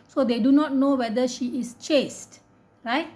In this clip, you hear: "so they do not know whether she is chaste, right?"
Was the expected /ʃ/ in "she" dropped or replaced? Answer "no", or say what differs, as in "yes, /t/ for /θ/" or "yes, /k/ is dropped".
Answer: no